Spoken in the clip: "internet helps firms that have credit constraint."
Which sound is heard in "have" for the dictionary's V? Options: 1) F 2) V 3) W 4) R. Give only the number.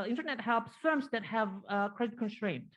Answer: 2